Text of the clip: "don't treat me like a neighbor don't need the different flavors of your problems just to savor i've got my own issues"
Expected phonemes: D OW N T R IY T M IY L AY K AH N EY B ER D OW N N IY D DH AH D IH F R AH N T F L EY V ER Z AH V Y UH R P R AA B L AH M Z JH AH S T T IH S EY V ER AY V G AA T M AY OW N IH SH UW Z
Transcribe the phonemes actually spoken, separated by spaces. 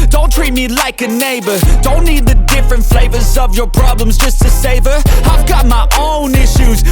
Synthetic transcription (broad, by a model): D OW N T R IY T M IY L AY K AH N EY B ER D OW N N IY D DH AH D IH F R AH N T F L EY V ER Z AH V Y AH R P R AA B L AH M Z JH AH S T T IH S EY V ER AY V G AA T M AY OW N IH SH UW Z